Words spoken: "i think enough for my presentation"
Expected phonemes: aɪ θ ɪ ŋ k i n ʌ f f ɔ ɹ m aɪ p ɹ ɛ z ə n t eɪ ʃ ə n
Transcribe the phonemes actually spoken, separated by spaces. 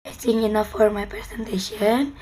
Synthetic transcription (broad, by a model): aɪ t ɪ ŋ i n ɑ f f ɔ ɹ m aɪ p ɹ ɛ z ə n t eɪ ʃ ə n